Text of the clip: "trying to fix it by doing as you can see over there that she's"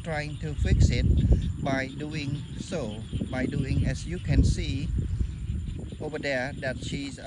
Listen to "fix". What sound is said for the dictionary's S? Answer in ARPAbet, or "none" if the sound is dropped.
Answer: S